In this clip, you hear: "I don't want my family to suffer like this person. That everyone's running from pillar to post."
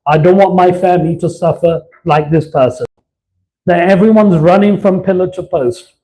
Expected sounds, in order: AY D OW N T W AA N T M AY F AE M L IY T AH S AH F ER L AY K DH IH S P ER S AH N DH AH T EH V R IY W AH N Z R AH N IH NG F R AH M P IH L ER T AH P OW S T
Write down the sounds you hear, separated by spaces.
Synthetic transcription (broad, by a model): AY D OW N T W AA N M AY F AE M L IY T AH S AH F ER L AY K DH IH S P ER S AH N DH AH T EH V R IY W AH N Z R AH N IH NG F R AH M P IH L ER T AH P OW S T